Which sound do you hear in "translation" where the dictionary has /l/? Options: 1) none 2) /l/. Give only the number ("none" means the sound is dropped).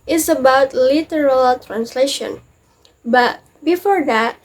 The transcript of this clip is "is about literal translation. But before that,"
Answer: 2